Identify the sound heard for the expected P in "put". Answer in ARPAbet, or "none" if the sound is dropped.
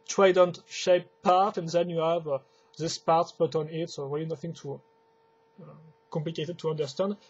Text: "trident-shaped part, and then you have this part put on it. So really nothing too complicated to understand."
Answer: B